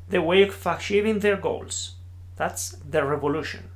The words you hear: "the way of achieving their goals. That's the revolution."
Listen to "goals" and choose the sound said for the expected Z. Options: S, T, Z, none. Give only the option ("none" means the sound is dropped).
S